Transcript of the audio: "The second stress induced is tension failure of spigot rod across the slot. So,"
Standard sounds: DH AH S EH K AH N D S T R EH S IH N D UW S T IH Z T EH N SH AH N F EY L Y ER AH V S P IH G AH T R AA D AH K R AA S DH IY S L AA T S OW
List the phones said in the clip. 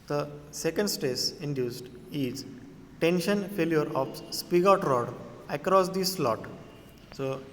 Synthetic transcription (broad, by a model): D AH S EH K AH N D S T EH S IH N D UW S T IH Z T EH N SH AH N F EY L Y ER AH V S P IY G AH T R AA D AH K R AA S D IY S L AA T S OW